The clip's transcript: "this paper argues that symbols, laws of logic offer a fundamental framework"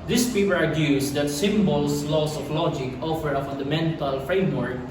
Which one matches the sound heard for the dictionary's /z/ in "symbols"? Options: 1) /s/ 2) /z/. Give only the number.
1